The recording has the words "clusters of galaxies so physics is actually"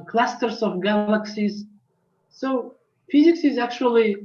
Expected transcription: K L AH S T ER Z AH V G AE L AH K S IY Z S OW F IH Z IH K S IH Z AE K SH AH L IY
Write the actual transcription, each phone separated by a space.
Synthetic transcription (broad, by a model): K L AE S T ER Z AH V G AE L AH K S IY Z S OW F IH Z IH K S IH Z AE K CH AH L IY